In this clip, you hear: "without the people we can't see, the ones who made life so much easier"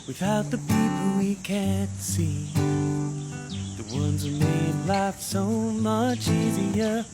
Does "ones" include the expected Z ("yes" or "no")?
yes